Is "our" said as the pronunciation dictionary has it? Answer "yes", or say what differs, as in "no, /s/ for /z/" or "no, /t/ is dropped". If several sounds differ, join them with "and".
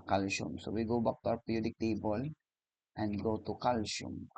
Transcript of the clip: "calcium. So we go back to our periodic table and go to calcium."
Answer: no, /w/ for /ɹ/